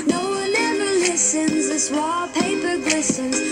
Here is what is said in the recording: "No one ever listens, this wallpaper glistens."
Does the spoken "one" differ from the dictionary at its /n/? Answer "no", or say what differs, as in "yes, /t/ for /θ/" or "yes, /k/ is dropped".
yes, /l/ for /n/